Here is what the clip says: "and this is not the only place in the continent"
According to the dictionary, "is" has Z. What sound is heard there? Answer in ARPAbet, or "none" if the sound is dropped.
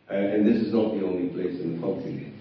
Z